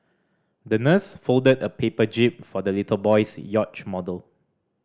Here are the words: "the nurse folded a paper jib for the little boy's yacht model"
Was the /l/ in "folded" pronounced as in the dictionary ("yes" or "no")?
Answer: yes